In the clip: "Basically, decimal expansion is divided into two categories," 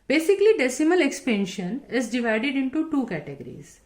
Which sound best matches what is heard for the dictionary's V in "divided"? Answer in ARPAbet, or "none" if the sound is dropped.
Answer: V